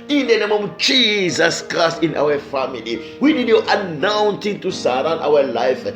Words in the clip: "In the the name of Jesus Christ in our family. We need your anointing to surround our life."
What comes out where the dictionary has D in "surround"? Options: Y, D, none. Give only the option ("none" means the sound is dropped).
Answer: none